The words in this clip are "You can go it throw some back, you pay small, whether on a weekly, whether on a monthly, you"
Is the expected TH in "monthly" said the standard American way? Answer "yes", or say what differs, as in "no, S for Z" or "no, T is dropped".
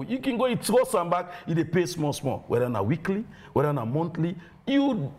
no, T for TH